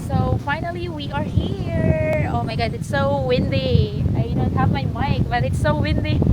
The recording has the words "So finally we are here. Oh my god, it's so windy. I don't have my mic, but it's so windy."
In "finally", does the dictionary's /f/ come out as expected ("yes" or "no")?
yes